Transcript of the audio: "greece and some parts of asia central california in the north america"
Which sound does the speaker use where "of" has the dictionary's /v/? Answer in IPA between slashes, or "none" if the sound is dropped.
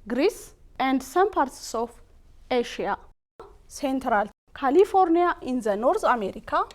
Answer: /f/